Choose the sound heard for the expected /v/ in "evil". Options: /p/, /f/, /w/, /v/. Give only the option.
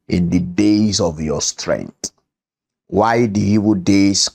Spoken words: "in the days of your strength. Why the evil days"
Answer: /w/